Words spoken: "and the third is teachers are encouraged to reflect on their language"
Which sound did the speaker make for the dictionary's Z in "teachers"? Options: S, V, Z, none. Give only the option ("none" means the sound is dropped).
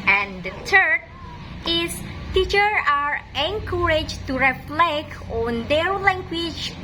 none